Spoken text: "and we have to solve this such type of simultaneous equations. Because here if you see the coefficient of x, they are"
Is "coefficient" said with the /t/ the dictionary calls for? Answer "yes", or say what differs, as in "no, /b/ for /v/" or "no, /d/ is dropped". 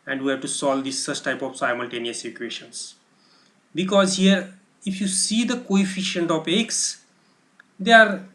yes